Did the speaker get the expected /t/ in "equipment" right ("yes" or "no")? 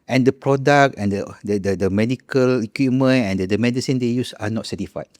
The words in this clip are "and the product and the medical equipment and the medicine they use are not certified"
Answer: no